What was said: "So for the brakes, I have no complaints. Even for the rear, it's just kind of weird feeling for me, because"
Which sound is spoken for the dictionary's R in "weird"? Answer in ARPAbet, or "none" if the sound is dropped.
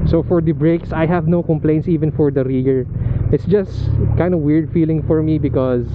R